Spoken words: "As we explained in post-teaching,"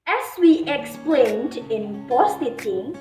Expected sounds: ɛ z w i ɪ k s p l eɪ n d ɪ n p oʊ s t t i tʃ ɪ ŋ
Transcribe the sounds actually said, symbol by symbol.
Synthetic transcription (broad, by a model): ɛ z w i ɪ k s p l eɪ n d ɪ n b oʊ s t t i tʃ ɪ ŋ